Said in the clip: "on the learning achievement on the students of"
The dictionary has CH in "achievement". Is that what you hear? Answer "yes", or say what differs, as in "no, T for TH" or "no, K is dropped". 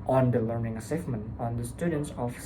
no, S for CH